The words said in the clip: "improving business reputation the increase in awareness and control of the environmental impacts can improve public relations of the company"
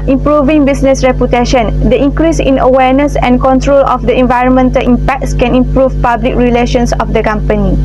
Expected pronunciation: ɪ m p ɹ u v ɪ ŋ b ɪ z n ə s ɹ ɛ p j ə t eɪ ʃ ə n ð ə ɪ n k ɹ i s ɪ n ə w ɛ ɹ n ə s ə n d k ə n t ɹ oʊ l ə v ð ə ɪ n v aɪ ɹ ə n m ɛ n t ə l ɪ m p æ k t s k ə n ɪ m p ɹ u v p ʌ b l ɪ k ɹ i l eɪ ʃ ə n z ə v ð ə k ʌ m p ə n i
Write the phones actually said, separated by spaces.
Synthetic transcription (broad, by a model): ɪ m p ɹ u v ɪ ŋ b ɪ s n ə s ɹ ɛ p j ə t eɪ ʃ ə n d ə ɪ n k ɹ i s ɪ n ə w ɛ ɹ n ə s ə n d k ə n t ɹ oʊ l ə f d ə ɪ n v aɪ ɹ ə n m ɛ n t ə l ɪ m p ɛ k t s k ə n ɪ m p ɹ u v p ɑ b l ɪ k ɹ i l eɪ ʃ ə n s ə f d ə k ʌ m p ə n i